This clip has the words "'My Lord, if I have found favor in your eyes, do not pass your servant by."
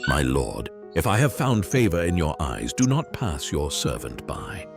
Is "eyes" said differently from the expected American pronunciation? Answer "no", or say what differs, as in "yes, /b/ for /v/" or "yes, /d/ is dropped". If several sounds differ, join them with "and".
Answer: no